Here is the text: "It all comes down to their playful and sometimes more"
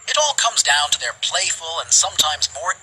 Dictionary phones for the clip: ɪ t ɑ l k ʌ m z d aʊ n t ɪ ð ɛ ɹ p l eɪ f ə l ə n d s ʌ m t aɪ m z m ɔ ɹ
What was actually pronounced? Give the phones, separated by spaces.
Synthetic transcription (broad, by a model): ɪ t ɑ l k ʌ m z d aʊ n t ɪ ð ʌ ɹ p l eɪ f ə l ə n s ʌ m t aɪ m z m ɔ ɹ